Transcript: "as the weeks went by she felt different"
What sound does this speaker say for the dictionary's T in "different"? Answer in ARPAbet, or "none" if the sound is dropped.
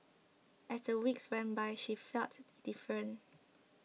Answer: none